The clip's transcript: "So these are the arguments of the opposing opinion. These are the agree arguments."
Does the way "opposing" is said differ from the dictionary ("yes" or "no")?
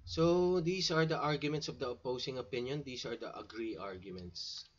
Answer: yes